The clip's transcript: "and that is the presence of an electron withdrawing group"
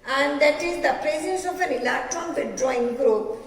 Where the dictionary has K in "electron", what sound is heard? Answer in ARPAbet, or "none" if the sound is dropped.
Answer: none